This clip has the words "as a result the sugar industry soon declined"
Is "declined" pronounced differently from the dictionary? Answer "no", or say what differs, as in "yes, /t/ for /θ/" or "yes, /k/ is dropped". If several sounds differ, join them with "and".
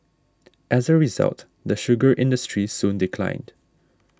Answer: no